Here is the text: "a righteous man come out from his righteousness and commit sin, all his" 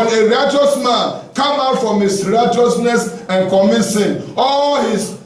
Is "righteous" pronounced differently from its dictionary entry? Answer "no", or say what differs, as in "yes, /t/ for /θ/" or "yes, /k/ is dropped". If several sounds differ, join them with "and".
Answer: no